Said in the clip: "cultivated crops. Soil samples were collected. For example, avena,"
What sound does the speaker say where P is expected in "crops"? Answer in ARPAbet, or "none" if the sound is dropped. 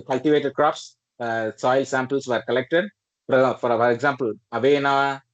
P